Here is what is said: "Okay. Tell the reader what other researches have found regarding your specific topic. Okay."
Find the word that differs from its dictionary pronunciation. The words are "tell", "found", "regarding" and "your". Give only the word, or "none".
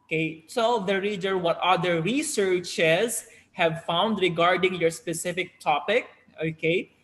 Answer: tell